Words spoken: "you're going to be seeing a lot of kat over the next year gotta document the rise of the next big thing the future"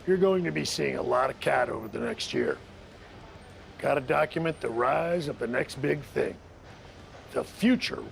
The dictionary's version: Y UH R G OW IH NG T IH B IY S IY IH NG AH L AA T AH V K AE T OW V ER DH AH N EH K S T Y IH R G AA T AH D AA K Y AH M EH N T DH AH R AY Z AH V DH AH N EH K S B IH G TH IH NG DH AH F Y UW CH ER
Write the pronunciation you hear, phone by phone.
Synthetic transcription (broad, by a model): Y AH R G OW IH NG T IH B IY S IY IH NG AH L AA T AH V K AE T OW V ER DH AH N EH K S T Y IH R G AA T AH D AA K Y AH M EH N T DH AH R AY Z AH V DH AH N EH K S B IH G TH IH NG DH AH F Y UW CH ER